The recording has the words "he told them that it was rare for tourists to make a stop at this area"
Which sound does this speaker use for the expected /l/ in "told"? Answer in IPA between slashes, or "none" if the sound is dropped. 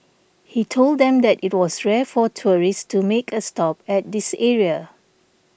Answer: /l/